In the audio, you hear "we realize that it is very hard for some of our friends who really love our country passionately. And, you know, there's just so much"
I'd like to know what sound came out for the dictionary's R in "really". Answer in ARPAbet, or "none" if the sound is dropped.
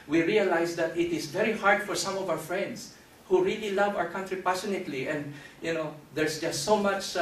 R